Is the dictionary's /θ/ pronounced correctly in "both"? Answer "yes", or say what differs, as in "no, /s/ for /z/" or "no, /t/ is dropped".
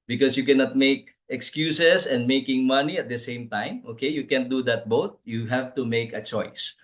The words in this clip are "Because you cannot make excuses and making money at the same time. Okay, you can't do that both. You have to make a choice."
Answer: no, /t/ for /θ/